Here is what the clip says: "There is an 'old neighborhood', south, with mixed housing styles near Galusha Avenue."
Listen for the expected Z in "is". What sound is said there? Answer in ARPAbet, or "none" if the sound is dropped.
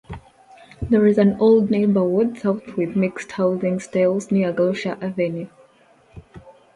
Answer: Z